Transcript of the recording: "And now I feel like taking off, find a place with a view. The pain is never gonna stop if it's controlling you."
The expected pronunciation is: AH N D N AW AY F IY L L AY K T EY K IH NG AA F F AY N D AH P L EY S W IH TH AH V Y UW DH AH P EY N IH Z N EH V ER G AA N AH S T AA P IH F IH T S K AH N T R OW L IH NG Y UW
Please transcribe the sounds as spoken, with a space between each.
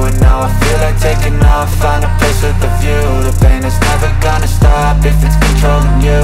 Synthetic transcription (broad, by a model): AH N N AW AY F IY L L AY T EY K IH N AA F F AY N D AH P EY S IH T AH V Y UW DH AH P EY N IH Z N EH V ER G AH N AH S T AA P IH F IH T S K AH N T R OW L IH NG Y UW